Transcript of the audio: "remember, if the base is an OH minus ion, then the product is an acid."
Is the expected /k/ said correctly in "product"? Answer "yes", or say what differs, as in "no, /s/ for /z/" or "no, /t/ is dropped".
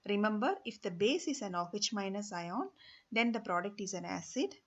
yes